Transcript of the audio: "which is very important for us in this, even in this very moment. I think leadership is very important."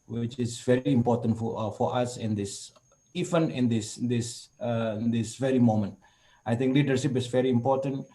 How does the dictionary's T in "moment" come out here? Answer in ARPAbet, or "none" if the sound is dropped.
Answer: T